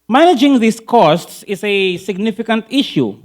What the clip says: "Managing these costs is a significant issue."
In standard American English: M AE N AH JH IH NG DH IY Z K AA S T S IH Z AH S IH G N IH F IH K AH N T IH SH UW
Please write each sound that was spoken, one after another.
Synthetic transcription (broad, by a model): M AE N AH JH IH NG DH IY S K AA S T S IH S AH S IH G N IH F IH K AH N T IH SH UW